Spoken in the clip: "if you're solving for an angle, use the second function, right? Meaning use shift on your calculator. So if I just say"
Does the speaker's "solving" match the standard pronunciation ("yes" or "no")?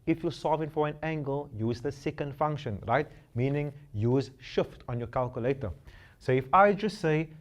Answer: no